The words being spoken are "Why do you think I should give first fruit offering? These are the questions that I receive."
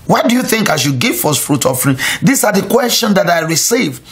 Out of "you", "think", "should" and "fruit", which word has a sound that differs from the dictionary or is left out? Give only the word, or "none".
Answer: should